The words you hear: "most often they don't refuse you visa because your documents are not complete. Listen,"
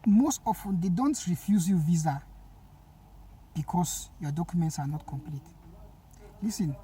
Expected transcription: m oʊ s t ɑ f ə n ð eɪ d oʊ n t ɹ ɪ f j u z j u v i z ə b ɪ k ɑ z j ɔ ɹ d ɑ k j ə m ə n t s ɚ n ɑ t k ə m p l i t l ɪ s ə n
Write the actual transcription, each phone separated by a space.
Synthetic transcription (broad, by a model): m oʊ s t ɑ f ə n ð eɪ d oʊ n t ɹ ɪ f j u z j u v i z ə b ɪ k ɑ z j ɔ d ɑ k j ə m ə n t s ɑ n ɑ t k ə m p l i t l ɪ s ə n